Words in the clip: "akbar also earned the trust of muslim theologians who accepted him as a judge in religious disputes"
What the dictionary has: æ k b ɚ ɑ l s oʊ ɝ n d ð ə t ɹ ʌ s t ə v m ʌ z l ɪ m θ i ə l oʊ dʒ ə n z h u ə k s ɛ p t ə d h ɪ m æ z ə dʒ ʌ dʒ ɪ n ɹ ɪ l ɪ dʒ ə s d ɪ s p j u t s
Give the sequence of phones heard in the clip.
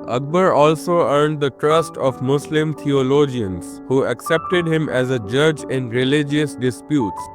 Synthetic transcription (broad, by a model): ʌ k b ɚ ɑ l s oʊ ɝ n d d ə t ɹ ʌ s t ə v m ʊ s l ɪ m t i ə l oʊ dʒ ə n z h u ə k s ɛ p t ə d h ɪ m æ z ə dʒ ʌ dʒ ɪ n ɹ ɪ l ɪ dʒ ə s d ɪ s p j u t s